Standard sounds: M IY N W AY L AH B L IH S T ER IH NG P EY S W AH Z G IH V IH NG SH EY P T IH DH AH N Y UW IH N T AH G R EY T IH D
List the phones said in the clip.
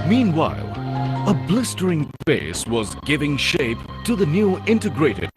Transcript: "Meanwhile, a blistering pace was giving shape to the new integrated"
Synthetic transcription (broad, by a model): M IY N W AY L AH B L IH S T ER IH NG F EY S W AH Z G IH V IH NG SH EY P T IH DH AH N Y UW IH N T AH G R EY T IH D